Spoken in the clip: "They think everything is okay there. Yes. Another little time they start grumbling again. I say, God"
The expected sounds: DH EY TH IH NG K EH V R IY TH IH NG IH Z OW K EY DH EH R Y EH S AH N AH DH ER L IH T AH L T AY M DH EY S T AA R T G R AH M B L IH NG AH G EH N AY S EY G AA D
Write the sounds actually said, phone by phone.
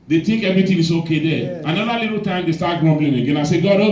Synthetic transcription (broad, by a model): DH EY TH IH NG K EH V R IY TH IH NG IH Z OW K EY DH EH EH AH N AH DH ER L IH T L T AY M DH EY S T AA T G R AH M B L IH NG AH G EH N AY S EY G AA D